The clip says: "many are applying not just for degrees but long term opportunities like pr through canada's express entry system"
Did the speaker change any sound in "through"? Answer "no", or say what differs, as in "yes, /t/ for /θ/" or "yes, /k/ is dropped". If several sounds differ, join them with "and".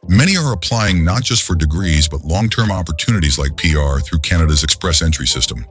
no